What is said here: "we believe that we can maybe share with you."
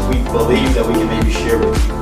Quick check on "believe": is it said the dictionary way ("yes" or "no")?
yes